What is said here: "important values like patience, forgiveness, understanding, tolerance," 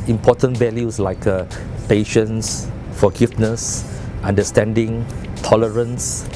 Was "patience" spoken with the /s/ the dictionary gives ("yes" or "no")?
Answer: yes